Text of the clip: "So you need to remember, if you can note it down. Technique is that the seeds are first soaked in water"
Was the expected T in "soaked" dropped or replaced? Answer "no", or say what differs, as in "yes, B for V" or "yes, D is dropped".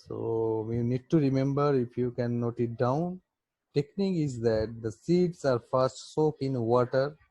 yes, T is dropped